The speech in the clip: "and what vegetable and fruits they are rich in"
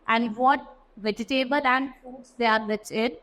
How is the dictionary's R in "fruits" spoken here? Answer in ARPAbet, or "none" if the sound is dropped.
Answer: none